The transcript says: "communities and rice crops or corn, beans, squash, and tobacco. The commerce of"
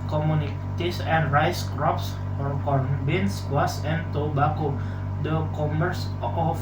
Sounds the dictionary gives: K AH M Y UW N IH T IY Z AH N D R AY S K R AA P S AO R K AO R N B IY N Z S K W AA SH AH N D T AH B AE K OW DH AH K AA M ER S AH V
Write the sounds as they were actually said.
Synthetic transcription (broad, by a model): K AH M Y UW N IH T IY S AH N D R AY S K R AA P S AO R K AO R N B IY N S W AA S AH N T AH B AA K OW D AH K AA M ER S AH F